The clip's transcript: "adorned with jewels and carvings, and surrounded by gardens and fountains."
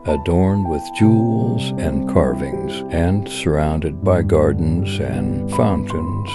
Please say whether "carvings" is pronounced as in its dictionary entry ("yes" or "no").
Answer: yes